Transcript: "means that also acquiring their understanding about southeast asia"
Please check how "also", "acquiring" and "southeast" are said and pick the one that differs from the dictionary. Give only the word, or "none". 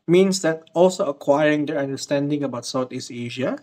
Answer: southeast